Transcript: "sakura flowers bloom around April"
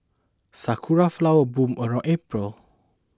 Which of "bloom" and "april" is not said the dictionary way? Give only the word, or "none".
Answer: bloom